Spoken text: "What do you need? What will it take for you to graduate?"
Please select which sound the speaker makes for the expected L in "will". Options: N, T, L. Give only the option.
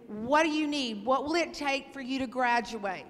L